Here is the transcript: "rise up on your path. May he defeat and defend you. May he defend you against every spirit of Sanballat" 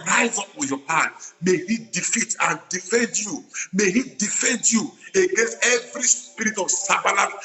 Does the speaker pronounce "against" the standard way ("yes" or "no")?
yes